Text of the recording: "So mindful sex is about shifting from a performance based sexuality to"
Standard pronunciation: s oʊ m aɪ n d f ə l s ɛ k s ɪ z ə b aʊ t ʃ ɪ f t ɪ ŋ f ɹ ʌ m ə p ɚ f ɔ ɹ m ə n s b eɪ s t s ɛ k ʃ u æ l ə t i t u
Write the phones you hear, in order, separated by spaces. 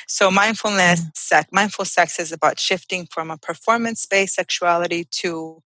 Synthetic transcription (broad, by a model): s oʊ m aɪ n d f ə l s ɛ k s ɪ z ə b aʊ t ʃ ɪ f t ɪ ŋ f ɹ ʌ m ə p ɚ f ɔ ɹ m ə n s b eɪ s s ɛ k ʃ u æ l ə t i t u